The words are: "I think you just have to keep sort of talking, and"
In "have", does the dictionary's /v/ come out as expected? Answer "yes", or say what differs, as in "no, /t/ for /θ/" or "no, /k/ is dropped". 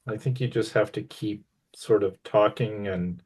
no, /f/ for /v/